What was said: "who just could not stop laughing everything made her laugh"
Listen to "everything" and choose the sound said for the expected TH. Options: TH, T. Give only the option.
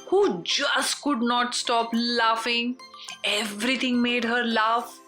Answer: T